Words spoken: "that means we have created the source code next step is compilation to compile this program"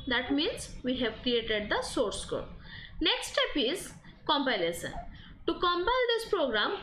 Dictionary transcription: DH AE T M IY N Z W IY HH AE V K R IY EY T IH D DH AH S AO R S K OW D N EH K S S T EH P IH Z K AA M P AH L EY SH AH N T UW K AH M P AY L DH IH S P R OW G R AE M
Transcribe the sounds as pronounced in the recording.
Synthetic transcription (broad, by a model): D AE T M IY N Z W IY HH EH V K R IY EY T IH D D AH S AO R S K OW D N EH K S S T EH P IH Z K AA M P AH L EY S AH N T UW K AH M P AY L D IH S P R OW G R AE M